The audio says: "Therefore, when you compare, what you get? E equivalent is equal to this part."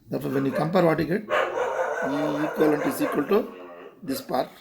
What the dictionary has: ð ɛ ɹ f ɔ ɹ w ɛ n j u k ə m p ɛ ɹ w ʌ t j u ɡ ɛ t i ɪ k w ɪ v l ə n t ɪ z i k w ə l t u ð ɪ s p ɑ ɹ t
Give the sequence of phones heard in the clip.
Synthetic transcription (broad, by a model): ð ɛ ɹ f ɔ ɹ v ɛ n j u k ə m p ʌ ɹ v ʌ t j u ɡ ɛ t i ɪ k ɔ l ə n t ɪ s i k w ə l t u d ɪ s p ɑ ɹ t